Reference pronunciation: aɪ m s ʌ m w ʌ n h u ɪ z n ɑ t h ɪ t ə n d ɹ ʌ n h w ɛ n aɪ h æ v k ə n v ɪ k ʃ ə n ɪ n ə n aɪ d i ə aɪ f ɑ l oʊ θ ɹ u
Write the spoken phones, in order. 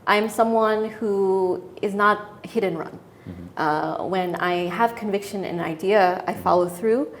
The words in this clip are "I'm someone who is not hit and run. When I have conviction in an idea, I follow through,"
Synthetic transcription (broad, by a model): aɪ m s ʌ m w ʌ n h u ɪ z n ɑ t h ɪ t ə n ɹ ʌ n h w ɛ n aɪ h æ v k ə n v ɪ k ʃ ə n ɪ n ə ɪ d i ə aɪ f ɑ l oʊ θ ɹ u